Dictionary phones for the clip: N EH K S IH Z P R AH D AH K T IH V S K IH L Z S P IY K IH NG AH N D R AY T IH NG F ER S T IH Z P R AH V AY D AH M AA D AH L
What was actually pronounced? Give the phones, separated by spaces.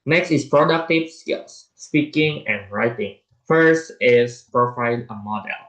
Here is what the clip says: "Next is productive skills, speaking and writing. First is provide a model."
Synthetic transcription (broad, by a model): N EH K S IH S P R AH D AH K T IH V S K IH L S S P IY K IH NG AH N R AY T IH NG F ER S T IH S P R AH F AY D AH M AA D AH L